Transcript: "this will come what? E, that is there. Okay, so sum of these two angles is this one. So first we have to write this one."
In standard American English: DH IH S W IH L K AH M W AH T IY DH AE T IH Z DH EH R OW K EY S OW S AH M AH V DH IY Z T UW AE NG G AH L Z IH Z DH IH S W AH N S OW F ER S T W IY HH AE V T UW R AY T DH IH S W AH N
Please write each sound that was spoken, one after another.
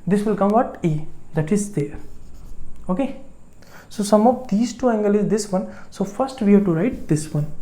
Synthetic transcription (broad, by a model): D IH S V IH L K AH M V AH T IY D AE T IH Z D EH R OW K EY S OW S AH M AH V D IY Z T UW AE NG G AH L IH Z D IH S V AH N S OW F ER S T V IY HH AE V T UW R AY T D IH S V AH N